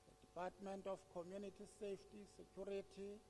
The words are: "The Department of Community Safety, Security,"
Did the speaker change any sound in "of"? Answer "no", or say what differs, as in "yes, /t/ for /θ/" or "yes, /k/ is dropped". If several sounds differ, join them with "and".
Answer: yes, /f/ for /v/